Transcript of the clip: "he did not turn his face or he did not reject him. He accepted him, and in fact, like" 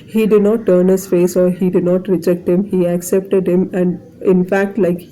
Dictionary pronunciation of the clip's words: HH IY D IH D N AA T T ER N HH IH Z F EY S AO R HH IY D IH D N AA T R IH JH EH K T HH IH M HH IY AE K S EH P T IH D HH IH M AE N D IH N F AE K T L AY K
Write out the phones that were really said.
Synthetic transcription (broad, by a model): HH IY D IH D N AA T T ER N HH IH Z F EY S AO R HH IY D IH D N AA T R IH JH EH K T HH IH M HH IY AE K S EH P T IH D HH IH M AE N D IH N F AE K T L AY K